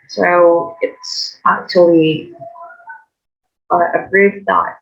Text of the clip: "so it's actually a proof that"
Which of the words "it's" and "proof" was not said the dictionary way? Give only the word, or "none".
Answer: proof